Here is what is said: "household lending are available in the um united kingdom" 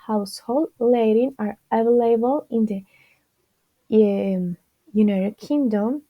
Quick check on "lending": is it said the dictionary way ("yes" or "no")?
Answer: no